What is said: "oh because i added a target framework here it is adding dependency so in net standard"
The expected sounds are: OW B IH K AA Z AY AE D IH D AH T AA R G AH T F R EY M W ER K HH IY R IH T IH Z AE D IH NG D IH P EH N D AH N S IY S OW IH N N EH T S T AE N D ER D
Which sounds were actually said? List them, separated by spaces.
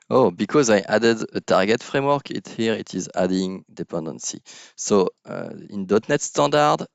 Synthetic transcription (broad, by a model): OW B IH K AA Z AY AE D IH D AH T AA R G AH T F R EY M W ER K HH IY R IH T IH Z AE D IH NG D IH P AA N D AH N S IY S OW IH N N EH T S T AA N D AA D